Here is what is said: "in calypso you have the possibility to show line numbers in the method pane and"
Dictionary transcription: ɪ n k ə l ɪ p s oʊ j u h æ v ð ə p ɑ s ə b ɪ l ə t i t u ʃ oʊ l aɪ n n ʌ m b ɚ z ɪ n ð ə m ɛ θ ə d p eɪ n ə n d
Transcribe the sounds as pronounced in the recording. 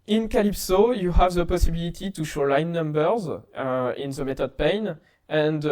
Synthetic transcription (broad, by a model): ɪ n k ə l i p s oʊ j u h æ v ð ə p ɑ s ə b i l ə t i t u ʃ oʊ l aɪ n n ʌ m b ɚ z ɪ n ð ə m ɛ t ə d p eɪ n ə n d